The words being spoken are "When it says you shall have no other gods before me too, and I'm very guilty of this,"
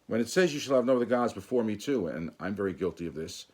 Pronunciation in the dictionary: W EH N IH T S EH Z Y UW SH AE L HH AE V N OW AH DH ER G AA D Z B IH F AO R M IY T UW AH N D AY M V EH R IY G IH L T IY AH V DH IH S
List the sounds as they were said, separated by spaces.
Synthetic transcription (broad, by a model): W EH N IH T S EH Z Y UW SH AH L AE V N OW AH DH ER G AA D Z B IH F AO R M IY T UW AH N AY M V EH R IY G IH L T IY AH V DH IH S